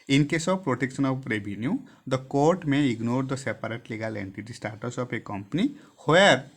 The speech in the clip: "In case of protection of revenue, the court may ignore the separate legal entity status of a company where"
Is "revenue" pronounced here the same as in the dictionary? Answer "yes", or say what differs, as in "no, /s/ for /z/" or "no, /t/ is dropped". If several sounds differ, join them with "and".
no, /b/ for /v/